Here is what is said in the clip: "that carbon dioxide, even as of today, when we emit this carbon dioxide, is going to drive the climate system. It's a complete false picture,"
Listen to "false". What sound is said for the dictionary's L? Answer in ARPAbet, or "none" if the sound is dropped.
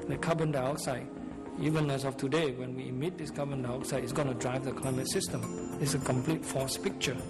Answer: none